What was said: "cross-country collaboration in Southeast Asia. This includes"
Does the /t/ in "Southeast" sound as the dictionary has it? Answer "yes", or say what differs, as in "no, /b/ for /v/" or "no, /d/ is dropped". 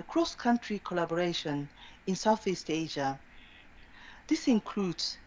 yes